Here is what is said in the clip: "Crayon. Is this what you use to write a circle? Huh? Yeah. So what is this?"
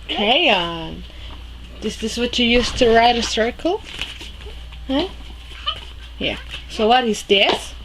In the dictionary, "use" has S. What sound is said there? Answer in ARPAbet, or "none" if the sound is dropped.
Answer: S